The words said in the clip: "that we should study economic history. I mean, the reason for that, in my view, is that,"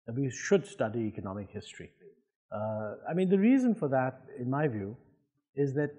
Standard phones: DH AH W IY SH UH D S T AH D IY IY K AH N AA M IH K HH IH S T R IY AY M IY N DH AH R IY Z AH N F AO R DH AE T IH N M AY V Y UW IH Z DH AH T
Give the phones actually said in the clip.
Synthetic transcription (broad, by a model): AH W IY SH UH D S T AH D IY IY K AH N AA M IH K HH IH S T R IY AY M IY N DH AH R IY Z AH N F AO R DH AE T IH N M AY V Y UW IH Z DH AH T